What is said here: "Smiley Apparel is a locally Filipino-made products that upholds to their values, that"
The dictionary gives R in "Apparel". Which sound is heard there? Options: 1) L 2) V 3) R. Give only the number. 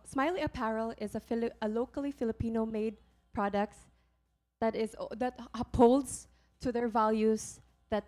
3